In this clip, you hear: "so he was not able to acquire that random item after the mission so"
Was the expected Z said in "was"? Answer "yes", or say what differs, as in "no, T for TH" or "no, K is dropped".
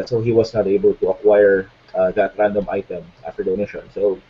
no, S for Z